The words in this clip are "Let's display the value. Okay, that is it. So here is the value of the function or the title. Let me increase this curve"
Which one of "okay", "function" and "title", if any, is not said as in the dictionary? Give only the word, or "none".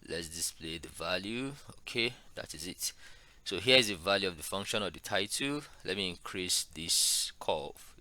none